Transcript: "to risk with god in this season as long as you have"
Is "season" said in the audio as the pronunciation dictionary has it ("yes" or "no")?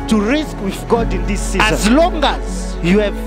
no